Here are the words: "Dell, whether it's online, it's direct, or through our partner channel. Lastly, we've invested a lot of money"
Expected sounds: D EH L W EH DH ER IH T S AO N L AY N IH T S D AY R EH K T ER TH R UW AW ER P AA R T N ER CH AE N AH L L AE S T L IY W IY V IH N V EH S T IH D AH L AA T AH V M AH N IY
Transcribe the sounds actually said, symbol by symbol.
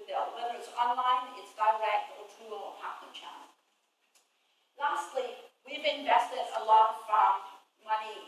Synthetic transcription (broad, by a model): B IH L W EH DH ER IH T S AO N L AY N IH T S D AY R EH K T ER T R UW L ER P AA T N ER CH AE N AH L L AE S T L IY W IY V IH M V EH S T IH D AH L AA T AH F M AH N IY